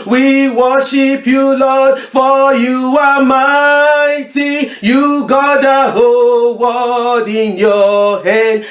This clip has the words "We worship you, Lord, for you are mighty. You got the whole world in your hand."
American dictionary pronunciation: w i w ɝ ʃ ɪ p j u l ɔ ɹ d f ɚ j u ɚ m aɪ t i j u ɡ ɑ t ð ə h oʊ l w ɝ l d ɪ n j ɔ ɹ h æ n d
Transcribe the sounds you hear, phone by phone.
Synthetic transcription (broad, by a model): w i w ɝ ʃ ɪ p j u l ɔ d f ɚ j u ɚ m aɪ t i j u ɡ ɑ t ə h oʊ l w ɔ d ɪ n j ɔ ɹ h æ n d